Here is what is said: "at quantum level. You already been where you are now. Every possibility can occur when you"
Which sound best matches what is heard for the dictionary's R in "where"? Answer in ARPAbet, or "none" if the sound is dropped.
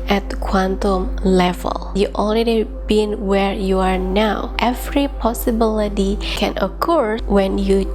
R